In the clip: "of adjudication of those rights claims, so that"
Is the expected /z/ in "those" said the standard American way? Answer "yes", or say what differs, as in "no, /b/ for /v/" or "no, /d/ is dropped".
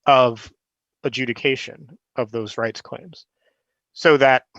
yes